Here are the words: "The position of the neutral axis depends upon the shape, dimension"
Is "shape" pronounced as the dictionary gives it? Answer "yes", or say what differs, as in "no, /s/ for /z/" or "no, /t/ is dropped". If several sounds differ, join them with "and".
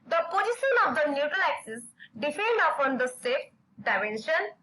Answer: no, /s/ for /ʃ/